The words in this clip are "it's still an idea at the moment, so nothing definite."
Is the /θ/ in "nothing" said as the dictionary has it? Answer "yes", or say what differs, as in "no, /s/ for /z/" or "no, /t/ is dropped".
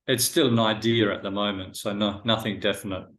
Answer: yes